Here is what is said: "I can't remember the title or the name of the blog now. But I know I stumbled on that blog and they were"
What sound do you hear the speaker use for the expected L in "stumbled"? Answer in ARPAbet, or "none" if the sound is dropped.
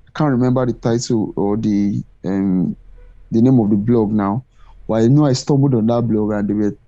none